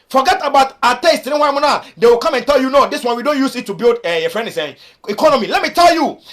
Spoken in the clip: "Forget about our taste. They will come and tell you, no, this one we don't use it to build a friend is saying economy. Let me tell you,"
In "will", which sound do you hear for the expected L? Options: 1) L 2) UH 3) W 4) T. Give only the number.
3